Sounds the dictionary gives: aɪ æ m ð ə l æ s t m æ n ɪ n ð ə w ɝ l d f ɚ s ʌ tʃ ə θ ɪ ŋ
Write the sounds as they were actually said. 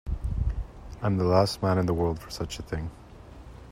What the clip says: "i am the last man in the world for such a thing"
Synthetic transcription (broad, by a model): aɪ m ð ə l æ s t m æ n ɪ n ð ə w ɝ l d f ɚ s ʌ tʃ ə θ ɪ ŋ